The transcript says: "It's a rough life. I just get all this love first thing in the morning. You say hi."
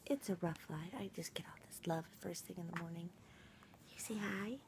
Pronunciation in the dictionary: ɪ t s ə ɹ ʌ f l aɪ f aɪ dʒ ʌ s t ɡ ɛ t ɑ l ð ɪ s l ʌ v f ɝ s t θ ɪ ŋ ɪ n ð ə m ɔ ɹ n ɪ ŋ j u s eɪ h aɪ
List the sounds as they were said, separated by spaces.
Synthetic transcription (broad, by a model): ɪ t s ə ɹ ʌ f l aɪ aɪ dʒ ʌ s ɡ ɛ t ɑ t ð ɪ s l ʌ v f ɝ s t θ ɪ ŋ ɪ n ð ə m ɔ ɹ n ɪ ŋ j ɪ s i h aɪ